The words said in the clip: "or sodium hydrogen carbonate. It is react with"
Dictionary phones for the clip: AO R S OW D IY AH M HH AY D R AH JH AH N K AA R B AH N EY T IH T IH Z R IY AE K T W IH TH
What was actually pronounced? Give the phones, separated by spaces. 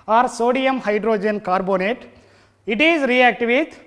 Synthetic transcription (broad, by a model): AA R S OW D IY AH M HH AY D R AH JH AH N K AA R B AH N EY T IH T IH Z R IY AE K T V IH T